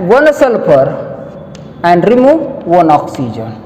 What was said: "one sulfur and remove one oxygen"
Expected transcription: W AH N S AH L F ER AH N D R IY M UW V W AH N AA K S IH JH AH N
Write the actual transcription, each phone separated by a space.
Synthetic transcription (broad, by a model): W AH N S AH L P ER AH N D R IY M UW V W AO N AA K S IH JH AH N